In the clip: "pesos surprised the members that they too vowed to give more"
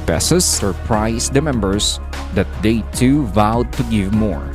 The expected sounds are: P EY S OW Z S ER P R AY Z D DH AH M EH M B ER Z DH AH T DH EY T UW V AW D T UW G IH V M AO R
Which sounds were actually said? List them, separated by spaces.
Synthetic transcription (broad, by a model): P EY S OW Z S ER P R AY S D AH M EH M B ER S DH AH T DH EY T UW V AW D T UW G IH V M AO R